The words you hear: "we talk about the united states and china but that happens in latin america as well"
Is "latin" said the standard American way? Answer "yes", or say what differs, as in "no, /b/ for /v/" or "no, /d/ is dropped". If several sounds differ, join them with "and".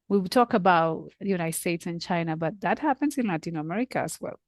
yes